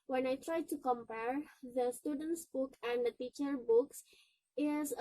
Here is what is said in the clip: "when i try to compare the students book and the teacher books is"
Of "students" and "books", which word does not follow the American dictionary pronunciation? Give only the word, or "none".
none